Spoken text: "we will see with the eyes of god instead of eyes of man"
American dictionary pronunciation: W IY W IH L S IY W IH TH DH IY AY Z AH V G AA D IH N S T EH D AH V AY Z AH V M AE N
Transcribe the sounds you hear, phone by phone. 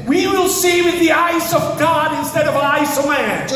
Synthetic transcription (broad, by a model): W IY W IH L S IY W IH DH IY AY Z AH V G AA D IH N S T EH D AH V AY S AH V M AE N